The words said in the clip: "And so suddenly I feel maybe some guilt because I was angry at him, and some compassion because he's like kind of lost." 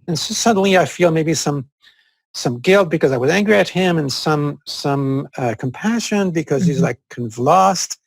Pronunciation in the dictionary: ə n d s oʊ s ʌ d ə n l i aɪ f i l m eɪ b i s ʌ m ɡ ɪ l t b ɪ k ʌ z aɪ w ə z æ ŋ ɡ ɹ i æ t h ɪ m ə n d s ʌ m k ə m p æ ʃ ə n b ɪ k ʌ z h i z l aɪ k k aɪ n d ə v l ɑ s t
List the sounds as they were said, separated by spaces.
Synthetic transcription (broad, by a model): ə n s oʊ s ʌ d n l i aɪ f i l m eɪ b i s ʌ m ɡ ɪ l t b ɪ k ʌ z aɪ w ə z æ ŋ ɡ ɹ i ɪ t h ɪ m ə n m s ʌ m k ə m p æ ʃ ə n b ɪ k ʌ z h i z l aɪ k k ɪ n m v l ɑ s t